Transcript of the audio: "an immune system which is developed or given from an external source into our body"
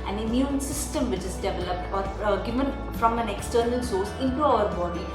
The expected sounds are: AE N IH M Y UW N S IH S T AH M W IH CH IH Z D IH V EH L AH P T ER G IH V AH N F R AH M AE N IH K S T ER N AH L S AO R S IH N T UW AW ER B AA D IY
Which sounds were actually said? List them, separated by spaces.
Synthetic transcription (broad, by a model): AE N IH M Y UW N S IH S T AH M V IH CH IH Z D IH V EH L AH P T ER G IH V AH N F R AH M AE N IH K S T ER N AH L S AO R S IH N T UW AW ER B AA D IY